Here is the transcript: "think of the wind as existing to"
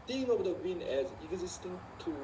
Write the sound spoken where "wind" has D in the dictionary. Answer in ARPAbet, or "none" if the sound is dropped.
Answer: none